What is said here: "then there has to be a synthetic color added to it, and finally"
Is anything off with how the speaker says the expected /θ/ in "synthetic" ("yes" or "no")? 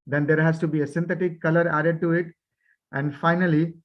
yes